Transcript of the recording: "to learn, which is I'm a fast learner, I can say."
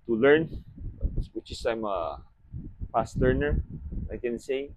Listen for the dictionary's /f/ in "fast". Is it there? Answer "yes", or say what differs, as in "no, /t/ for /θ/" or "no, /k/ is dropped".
no, /p/ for /f/